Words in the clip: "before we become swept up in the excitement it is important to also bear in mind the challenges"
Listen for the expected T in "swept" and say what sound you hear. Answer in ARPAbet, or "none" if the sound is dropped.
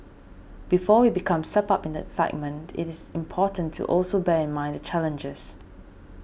none